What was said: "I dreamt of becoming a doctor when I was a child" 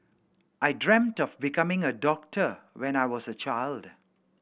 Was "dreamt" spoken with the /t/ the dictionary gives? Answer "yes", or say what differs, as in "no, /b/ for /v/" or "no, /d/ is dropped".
yes